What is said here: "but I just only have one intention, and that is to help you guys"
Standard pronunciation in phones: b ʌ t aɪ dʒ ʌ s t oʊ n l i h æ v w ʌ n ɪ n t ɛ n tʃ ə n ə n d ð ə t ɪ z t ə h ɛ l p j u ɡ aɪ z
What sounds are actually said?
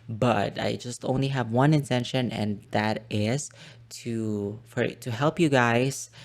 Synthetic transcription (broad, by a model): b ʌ t aɪ dʒ ʌ s t oʊ n l i h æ v w ʌ n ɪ n t ɛ n ʃ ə n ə n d ð ə t ɪ z t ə h ɛ l p j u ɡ aɪ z